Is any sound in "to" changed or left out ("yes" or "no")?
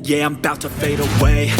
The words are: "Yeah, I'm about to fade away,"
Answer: no